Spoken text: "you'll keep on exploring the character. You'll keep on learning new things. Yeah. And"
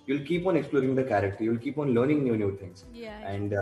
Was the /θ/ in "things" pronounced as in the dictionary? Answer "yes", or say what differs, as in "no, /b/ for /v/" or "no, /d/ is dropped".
no, /t/ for /θ/